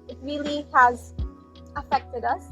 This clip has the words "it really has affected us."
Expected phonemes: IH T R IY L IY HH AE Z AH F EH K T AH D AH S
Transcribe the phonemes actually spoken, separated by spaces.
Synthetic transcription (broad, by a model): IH T R IY L IY HH AE Z AH F EH K T AH D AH S